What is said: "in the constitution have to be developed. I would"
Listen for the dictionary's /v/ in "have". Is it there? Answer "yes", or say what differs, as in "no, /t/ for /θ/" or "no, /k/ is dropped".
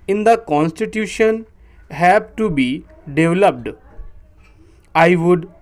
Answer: no, /b/ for /v/